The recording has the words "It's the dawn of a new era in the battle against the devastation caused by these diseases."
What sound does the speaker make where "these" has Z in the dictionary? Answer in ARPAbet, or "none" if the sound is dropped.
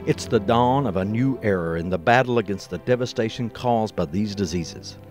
Z